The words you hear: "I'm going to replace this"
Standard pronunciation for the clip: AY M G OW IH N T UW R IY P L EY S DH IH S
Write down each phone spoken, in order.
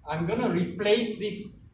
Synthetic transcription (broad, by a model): AY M G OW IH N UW R IY P L EY S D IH S